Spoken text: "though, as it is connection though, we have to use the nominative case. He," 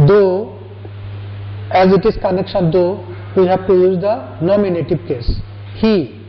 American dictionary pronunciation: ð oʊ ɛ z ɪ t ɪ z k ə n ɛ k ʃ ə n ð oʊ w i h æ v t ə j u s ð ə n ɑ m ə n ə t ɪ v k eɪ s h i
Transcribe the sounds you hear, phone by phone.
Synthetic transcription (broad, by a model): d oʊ ɛ z ɪ t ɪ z k ə n ɛ k ʃ ə n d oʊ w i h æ p t ə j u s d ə n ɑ m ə n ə t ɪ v k eɪ s h i